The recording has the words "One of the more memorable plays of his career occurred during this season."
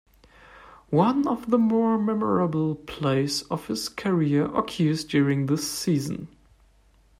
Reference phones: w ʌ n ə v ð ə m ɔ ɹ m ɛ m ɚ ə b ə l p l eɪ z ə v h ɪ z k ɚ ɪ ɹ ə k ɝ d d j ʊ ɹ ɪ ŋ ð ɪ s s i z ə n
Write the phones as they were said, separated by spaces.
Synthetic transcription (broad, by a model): w ʌ n ə v ð ə m ɔ ɹ m ɛ m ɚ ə b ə l p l eɪ s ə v h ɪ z k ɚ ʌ ɹ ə k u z d j ʊ ɹ ɪ ŋ ð ɪ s s i z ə n